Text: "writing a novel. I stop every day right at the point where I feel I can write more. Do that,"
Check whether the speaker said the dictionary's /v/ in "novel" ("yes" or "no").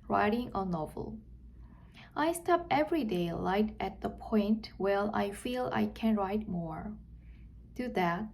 yes